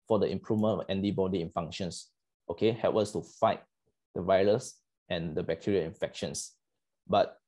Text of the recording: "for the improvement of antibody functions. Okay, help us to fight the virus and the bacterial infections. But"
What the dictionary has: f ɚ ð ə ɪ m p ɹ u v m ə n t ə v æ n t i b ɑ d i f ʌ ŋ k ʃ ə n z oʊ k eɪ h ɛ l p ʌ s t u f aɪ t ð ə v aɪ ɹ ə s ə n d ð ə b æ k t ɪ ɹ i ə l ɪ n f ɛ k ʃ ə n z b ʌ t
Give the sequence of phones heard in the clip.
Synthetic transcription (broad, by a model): f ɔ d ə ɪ m p ɹ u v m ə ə n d i b ɑ d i f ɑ ŋ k ʃ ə n s oʊ k eɪ h ɛ l p ʌ s t u f aɪ t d ə v aɪ ɹ ə s ə n d ə b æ k t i ɹ i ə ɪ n f ɛ k ʃ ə n s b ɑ t